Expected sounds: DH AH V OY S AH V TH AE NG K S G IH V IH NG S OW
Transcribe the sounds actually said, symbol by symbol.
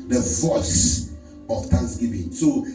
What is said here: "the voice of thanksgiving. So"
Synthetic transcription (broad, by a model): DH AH V OY S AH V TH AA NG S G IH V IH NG S OW